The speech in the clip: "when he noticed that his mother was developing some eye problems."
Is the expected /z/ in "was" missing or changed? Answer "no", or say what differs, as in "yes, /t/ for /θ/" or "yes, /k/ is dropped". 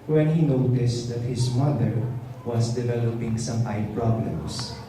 yes, /s/ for /z/